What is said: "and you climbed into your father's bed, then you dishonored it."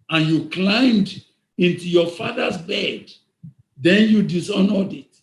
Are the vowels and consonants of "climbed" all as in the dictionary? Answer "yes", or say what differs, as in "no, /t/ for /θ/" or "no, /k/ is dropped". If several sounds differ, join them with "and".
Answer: yes